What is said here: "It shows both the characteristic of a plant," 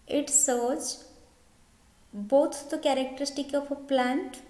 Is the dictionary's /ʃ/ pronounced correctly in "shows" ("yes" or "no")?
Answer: no